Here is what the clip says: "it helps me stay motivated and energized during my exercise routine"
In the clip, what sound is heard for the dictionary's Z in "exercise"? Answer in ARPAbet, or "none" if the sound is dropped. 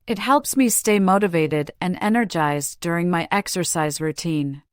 Z